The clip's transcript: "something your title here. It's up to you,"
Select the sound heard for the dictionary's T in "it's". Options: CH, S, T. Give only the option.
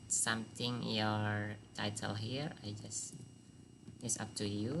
S